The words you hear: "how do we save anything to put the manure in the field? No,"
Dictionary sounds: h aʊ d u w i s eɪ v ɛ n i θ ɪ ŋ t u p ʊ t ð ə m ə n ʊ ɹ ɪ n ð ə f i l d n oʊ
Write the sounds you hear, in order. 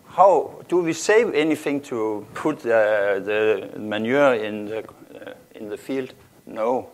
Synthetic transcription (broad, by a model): h aʊ d u w i s eɪ v ɛ n i θ ɪ ŋ t u p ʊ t ð ə m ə n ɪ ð ɪ n ð ə f i l d n oʊ